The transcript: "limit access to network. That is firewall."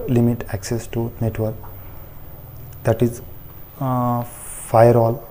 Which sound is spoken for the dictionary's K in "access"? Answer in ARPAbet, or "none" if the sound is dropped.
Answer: K